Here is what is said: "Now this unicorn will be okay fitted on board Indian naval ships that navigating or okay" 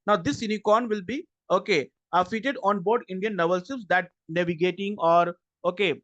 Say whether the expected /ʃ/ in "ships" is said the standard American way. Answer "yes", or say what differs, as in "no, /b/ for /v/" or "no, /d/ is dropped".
no, /s/ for /ʃ/